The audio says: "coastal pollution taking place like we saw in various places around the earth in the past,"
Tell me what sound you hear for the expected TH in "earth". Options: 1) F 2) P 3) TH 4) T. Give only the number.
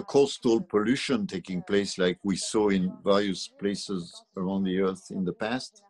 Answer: 3